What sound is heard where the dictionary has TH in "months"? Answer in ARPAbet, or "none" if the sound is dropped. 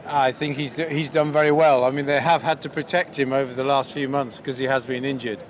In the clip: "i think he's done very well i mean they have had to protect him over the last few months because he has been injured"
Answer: TH